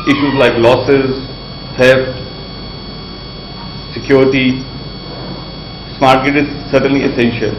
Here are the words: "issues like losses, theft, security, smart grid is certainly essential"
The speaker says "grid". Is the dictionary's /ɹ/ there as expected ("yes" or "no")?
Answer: no